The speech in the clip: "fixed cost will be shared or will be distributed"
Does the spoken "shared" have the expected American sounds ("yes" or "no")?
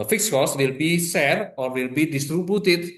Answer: no